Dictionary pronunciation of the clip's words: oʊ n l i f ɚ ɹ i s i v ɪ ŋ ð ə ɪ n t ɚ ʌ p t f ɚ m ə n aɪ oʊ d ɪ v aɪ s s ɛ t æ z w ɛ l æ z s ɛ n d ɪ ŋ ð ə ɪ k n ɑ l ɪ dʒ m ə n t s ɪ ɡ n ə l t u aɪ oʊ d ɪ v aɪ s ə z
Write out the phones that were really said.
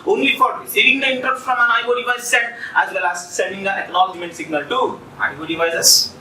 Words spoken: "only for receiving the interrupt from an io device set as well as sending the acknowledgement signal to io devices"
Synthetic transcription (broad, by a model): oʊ n l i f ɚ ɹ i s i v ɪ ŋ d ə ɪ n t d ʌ f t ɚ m ə n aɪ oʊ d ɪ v aɪ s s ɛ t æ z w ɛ l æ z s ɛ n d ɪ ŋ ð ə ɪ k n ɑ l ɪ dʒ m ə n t s ɪ ɡ n ə l t u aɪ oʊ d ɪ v aɪ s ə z